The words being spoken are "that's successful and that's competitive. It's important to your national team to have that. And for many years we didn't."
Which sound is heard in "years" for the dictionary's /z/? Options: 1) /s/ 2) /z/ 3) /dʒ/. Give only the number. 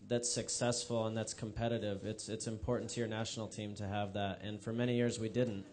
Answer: 2